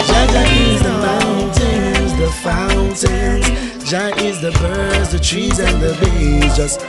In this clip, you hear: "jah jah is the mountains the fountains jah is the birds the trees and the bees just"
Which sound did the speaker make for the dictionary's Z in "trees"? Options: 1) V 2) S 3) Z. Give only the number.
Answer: 3